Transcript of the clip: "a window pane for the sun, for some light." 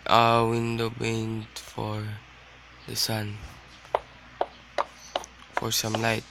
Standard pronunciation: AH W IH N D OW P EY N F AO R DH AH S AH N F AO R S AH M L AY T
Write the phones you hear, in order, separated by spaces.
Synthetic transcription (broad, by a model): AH W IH N D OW B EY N F AO R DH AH S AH N F AO R S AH M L AY T